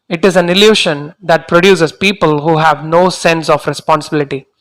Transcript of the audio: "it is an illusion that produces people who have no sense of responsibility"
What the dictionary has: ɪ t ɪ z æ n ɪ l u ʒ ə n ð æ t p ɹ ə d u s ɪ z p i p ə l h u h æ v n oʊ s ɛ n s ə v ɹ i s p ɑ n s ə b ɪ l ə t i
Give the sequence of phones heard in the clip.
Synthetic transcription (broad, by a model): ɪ t ɪ z æ n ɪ l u ʃ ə n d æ t p ɹ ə d u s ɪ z p i p ə l h u h æ v n oʊ s ɛ n s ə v ɹ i s p ɑ n s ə b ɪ l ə t i